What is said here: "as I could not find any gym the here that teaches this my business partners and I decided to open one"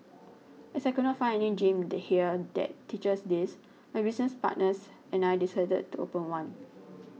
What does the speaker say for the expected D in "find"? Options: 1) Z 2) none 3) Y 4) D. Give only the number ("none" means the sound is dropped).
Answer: 2